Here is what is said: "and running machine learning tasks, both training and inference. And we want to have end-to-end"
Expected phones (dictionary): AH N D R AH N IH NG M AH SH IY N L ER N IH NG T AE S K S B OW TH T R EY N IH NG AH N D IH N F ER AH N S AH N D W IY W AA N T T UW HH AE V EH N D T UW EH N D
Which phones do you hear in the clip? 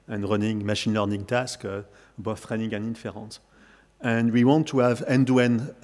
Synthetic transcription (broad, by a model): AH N R AH N IH NG M AH SH IY N L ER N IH NG T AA S K B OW F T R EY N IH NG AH N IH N F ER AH N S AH N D W IY W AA N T T UW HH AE V EH N D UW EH N